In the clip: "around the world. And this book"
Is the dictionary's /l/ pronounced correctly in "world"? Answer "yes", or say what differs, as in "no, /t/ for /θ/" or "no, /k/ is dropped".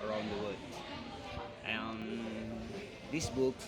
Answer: no, /l/ is dropped